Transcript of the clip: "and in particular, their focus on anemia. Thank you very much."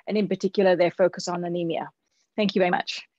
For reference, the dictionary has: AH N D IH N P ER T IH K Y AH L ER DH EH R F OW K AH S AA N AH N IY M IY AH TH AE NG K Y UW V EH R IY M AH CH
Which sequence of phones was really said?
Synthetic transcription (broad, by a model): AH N IH N P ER T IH K Y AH L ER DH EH F OW K AH S N AH N IY M IY AH TH AE NG K Y UW V EH R IY M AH CH